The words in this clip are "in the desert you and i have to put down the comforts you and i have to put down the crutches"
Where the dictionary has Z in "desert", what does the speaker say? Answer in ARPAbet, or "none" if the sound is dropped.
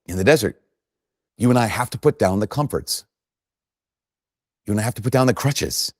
Z